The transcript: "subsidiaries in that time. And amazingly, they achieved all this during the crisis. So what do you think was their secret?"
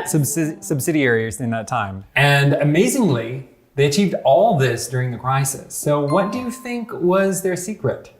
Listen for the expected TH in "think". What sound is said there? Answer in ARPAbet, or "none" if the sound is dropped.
TH